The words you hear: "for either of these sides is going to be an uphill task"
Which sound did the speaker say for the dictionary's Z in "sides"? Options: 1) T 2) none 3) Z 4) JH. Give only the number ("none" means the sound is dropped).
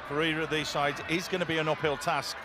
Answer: 3